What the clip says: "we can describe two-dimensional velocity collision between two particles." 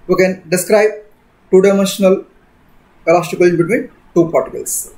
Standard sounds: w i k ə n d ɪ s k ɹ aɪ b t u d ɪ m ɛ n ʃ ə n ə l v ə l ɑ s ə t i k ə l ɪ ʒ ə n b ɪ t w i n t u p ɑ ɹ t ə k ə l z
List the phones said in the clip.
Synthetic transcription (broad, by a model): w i k ə n d ɪ s k ɹ aɪ b t u d ɪ m ɛ n ʃ ə n ə l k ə l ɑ s t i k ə l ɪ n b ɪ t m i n t u p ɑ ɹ t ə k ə l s